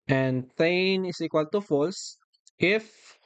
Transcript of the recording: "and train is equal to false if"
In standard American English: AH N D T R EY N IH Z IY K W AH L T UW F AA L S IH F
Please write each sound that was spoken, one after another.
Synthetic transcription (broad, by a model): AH N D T EY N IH S IY K W AH L T UW F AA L S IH F